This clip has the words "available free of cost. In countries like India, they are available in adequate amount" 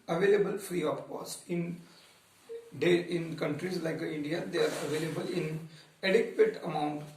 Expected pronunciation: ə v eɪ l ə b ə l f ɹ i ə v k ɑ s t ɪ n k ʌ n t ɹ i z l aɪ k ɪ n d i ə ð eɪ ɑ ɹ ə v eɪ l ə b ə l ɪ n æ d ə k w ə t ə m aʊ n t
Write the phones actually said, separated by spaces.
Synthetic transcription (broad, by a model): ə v eɪ l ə b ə l f ɹ i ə p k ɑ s t ɪ n k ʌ n t ɹ i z l aɪ k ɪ n d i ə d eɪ ɑ ɹ ə v eɪ l ə b ə l ɪ n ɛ d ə k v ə t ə m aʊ n t